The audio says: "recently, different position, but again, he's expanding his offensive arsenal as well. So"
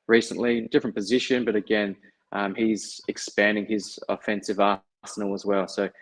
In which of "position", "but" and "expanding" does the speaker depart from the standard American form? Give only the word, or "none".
none